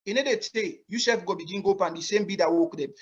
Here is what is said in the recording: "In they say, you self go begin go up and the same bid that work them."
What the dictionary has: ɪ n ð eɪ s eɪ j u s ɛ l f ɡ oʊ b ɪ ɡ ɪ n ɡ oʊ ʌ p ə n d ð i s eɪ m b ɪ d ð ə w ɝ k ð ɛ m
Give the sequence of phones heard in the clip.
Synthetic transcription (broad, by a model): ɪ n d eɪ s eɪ j u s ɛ f ɡ oʊ b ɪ ɡ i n ɡ oʊ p ə n d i s eɪ m b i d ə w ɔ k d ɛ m